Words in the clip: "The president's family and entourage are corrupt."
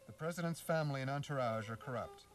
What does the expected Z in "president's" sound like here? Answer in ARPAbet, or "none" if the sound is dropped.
Z